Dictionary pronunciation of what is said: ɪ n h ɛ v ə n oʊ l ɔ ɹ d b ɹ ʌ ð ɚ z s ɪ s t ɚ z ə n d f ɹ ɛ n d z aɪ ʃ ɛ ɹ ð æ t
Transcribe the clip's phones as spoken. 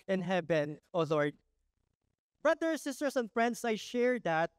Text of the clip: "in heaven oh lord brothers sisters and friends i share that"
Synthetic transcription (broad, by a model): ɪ n h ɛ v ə n oʊ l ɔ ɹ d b ɹ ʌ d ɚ s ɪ s t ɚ s ə n d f ɹ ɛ n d s aɪ ʃ ɛ ɹ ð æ t